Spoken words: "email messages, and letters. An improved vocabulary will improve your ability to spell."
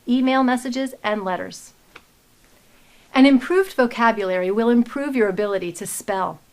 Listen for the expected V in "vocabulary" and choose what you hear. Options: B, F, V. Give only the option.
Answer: V